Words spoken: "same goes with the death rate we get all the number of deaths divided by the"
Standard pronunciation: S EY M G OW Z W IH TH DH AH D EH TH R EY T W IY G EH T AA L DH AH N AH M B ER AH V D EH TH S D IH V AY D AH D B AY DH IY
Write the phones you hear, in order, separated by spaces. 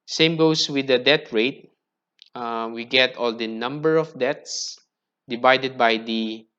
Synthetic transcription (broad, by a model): S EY M G OW S W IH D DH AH D EH T R EY T W IY G EH T AA L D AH N AH M B ER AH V D EH T S D IH V AY D AH D B AY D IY